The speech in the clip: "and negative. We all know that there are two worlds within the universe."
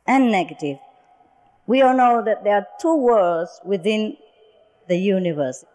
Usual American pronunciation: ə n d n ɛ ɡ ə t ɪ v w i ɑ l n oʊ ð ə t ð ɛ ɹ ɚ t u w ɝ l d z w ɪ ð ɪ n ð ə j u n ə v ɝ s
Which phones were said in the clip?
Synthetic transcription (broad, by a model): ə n n ɛ ɡ ə t ɪ v w i ɑ l n oʊ ð ə t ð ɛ ɹ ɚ t u w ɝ d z w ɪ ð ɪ n ð ə j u n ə v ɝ s